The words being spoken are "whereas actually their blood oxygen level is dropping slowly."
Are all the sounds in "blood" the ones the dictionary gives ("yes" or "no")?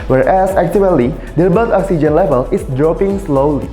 no